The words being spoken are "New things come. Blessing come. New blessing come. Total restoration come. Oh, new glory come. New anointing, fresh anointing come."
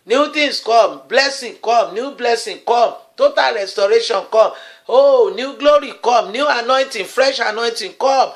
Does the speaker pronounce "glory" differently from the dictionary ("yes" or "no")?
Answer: no